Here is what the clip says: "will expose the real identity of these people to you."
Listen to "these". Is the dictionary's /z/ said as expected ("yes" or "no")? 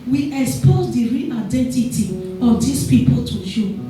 no